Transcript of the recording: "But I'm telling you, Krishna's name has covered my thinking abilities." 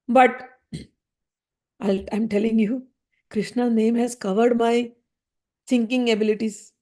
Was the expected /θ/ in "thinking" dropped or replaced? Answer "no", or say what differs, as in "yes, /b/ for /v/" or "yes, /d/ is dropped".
yes, /s/ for /θ/